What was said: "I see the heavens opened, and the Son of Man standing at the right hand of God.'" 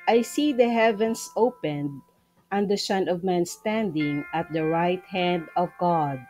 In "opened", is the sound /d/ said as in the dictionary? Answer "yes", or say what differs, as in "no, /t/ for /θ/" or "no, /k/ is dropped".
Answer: yes